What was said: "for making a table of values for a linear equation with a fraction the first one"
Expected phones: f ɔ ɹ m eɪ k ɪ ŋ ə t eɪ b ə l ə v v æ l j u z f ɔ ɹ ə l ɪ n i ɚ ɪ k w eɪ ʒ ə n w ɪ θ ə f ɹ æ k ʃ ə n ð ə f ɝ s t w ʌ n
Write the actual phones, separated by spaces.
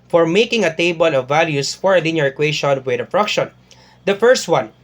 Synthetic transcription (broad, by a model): f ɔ ɹ m eɪ k ɪ ŋ ə t eɪ b ə l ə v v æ l j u s f ɔ ɹ ə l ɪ n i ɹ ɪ k w eɪ ʃ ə n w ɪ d ə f ɹ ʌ k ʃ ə n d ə f ɝ s t w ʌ n